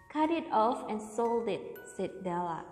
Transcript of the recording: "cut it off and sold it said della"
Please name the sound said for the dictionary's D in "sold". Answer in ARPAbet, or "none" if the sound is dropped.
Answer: D